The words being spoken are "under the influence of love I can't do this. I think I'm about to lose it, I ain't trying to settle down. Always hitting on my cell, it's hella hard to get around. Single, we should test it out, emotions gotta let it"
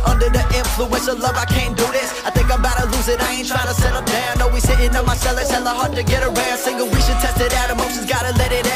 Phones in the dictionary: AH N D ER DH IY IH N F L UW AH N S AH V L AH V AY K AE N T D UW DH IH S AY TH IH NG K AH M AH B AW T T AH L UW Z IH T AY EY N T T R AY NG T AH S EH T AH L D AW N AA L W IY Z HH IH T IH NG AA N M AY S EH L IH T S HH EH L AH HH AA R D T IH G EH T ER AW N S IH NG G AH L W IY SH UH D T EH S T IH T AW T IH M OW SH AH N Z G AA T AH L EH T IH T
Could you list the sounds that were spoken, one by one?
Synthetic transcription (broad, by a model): AH N D ER DH IY IH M F L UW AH N S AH L AH V AY K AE N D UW DH IH S AY TH IH NG K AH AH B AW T T AH L UW Z IH T AY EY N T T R AY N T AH S EH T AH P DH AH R AA N W IY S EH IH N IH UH M AY S EH L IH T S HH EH L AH HH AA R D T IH G EH T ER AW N S IH NG G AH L W IY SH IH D T EH S T IH T AW T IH M OW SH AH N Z G AA T AH L EH T IH T